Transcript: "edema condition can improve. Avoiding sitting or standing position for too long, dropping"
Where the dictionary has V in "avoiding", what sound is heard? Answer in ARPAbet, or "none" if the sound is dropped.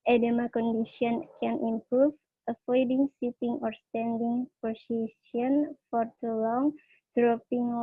F